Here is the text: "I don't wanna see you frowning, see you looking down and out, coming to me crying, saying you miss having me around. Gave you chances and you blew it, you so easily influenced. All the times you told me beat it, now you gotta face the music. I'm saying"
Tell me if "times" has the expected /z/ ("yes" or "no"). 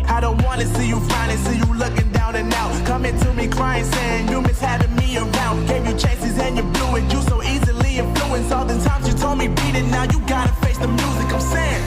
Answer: yes